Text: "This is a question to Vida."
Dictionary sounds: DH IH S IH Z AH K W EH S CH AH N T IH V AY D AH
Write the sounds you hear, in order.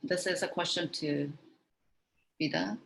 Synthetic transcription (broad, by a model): DH IH S IH Z AH K W EH S CH AH N T IH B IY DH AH